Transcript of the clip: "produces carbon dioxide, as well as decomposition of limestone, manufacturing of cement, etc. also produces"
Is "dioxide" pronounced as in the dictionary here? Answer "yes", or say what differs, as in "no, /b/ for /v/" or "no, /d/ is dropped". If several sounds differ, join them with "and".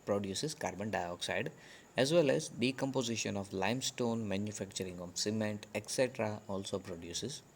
yes